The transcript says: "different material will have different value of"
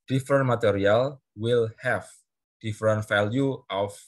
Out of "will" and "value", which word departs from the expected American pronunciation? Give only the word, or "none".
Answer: value